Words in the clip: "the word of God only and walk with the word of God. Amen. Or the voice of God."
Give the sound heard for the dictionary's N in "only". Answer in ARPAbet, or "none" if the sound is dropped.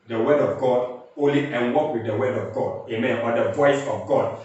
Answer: none